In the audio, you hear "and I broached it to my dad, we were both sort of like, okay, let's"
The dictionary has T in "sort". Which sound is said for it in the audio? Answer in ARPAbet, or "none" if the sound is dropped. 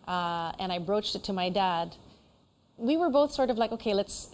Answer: T